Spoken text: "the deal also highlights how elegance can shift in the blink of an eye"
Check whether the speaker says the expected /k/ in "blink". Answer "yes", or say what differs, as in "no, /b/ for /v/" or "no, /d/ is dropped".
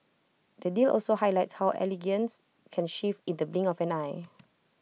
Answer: no, /k/ is dropped